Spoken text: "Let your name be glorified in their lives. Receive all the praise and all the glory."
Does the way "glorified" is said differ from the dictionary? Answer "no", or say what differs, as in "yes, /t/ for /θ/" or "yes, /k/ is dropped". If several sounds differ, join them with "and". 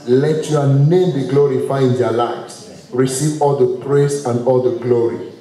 yes, /d/ is dropped